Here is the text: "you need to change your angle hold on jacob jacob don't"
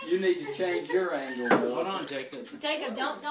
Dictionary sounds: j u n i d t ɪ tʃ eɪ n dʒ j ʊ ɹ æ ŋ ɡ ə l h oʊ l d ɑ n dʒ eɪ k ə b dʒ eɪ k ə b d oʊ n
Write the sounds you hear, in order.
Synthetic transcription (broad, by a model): j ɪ n i d t ɪ tʃ eɪ n dʒ j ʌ ɹ æ ŋ ɡ ə l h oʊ d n dʒ eɪ k ə b dʒ eɪ k ə b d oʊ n